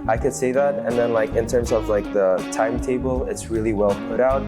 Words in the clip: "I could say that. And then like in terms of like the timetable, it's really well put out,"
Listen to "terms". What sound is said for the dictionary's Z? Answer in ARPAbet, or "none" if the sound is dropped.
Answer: Z